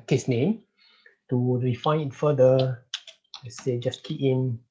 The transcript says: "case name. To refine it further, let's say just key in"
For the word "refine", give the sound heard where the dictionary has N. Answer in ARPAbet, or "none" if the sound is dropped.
none